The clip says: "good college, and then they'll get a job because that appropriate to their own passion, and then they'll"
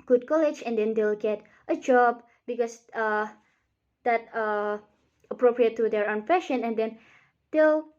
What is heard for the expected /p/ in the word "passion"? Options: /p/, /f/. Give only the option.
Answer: /f/